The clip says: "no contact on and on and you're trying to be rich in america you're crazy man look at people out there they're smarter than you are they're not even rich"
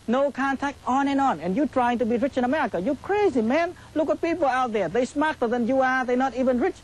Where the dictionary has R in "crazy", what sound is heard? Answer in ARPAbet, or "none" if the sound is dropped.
R